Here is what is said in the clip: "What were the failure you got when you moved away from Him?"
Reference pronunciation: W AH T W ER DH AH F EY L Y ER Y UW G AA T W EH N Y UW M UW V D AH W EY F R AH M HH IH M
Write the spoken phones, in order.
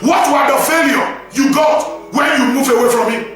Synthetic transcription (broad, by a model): W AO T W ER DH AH F EY L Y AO Y UW G AA T W EH N Y UW M UW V AH W EY F R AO M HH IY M